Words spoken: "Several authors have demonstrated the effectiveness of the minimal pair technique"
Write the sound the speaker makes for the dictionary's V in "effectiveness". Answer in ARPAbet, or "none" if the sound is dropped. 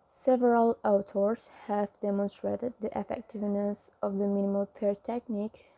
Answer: V